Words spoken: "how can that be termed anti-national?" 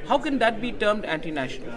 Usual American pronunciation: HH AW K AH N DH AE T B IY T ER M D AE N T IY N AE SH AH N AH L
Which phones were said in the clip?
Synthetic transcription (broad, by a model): HH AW K AH N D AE T B IY T ER M D AE N T IY N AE SH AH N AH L